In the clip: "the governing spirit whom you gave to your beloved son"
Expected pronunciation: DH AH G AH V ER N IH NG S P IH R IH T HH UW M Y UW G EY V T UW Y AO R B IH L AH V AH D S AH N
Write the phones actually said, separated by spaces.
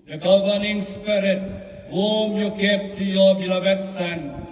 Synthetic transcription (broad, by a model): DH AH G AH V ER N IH NG S P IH R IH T HH UW M Y UW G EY P T UW Y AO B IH L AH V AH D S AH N